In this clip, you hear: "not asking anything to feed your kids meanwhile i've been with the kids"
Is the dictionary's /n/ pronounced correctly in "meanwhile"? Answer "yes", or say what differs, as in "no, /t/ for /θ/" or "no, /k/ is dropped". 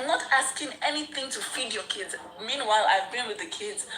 yes